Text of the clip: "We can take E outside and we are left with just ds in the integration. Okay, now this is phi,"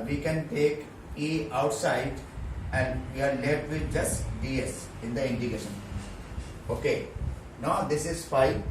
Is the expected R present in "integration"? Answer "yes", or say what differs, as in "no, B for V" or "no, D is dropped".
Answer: no, R is dropped